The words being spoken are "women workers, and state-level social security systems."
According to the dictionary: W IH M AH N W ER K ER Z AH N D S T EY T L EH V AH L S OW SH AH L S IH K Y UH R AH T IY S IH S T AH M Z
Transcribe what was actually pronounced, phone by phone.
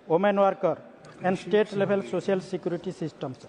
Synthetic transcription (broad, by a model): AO M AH N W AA K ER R AH N D S T EY T L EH B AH L S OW S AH L S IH K Y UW R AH T IY S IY S T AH M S